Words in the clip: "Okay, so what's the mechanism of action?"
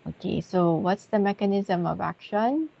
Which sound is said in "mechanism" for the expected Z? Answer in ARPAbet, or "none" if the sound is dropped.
Z